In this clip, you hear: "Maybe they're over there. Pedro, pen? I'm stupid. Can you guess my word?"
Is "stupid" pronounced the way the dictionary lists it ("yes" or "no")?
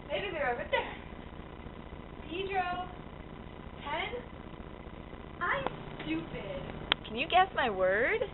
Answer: yes